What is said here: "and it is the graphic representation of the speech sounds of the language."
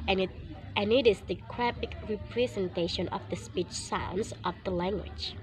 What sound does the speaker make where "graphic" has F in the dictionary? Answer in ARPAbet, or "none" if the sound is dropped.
P